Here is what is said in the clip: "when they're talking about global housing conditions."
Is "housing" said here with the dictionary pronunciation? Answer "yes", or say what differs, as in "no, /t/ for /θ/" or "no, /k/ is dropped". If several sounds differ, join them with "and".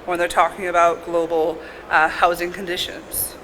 yes